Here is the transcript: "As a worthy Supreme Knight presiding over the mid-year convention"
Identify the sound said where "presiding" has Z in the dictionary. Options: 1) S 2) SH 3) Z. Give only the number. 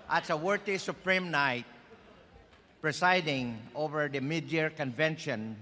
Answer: 1